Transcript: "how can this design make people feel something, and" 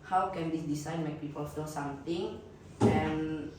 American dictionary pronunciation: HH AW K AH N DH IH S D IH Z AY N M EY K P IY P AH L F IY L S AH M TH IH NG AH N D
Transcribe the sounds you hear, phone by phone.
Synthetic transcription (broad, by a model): HH AW K AH N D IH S D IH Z AY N M EY K P IY P AH L F IY L S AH M T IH NG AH N